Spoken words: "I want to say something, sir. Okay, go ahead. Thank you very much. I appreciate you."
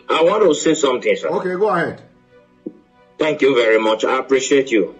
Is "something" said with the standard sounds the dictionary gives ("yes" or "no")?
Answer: no